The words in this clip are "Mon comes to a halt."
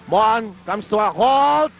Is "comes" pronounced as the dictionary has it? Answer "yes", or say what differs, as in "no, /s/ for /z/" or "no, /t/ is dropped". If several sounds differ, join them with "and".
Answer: no, /s/ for /z/